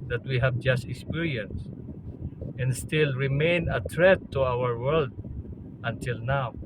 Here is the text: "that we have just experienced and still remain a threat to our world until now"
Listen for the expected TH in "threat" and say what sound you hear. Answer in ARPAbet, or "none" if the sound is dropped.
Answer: T